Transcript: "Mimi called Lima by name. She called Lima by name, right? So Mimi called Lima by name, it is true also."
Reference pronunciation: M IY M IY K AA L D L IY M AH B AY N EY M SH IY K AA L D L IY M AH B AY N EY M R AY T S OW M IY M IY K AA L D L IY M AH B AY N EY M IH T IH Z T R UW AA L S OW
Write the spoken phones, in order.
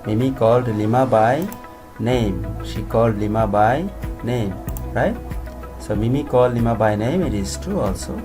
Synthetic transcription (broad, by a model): M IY M IY K AA L D L IY M AH B AY N EY M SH IY K AA L D L IY M AH B AY N EY M R AY T S OW M IY M IY K AA L D L IY M AH B AY N EY M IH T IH S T UW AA L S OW